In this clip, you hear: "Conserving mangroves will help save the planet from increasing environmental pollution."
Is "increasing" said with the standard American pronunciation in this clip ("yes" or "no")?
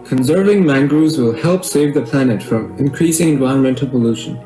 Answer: yes